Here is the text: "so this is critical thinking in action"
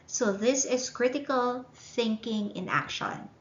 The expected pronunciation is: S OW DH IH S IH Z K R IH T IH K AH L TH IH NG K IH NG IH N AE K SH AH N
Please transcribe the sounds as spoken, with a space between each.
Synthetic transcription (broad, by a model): S OW DH IH S IH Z K R IH T IH K AH L TH IH NG K IH NG IH N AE K SH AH N